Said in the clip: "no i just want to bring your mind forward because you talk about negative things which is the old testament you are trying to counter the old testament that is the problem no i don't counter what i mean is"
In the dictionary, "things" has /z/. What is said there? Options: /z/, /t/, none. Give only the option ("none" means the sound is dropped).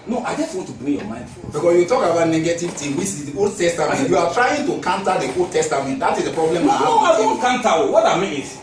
none